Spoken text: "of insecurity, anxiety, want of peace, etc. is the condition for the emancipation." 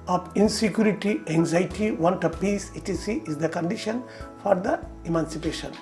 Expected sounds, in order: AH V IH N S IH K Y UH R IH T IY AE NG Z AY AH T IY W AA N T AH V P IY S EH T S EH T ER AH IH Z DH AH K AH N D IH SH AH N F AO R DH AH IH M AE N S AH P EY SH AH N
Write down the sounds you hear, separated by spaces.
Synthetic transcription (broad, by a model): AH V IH N S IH K Y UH R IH T IY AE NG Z AY T IY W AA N T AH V P IY S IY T IY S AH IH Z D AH K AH N D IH SH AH N F AO R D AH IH M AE N S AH P EY SH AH N